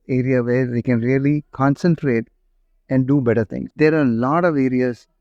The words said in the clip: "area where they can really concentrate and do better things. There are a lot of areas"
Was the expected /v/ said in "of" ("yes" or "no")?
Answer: yes